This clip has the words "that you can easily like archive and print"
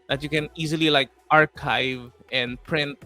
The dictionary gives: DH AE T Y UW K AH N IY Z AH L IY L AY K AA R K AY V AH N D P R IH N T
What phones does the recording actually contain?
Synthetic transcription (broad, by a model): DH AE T Y UW K AH N IY Z AH L IY L AY K AA R K AY V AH N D P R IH N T